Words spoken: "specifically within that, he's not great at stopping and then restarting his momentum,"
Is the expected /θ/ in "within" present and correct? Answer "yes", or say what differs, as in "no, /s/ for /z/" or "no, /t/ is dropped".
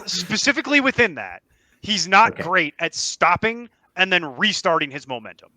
yes